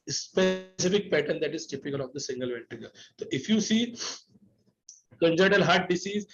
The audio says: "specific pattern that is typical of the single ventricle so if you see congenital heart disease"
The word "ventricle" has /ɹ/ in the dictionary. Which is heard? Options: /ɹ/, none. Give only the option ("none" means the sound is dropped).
none